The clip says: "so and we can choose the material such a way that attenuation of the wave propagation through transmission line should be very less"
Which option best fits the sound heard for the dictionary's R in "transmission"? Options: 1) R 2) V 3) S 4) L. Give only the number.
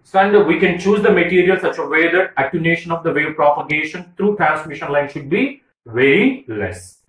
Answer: 1